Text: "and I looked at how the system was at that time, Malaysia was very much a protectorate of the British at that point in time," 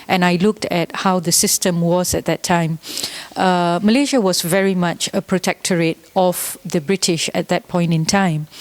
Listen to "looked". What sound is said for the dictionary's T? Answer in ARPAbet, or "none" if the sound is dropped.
T